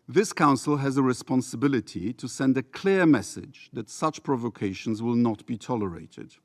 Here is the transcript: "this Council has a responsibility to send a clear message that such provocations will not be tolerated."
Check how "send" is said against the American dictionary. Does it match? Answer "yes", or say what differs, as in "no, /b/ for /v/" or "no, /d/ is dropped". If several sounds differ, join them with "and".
yes